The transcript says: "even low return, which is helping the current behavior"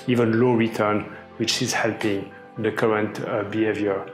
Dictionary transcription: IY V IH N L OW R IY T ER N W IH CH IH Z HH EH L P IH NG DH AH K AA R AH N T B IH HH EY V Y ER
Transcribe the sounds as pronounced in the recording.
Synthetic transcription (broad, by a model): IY V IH N L OW R IY T ER N W IH CH IH Z HH EH L P IH NG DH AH K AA R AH N T B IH HH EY V Y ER